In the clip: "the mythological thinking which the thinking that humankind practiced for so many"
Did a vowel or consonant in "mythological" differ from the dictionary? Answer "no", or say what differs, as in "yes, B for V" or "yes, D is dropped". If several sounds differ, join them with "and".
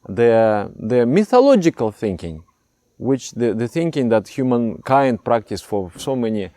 no